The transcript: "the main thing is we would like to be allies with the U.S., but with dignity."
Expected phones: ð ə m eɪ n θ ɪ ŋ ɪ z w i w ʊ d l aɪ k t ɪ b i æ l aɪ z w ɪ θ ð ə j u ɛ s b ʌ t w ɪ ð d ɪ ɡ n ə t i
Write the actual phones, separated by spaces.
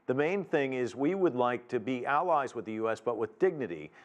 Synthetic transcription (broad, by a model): ð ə m eɪ n θ ɪ ŋ ɪ z w i w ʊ d l aɪ k t ɪ b i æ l aɪ z w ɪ ð ə j u ɛ s b ʌ t w ɪ ð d ɪ ɡ n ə t i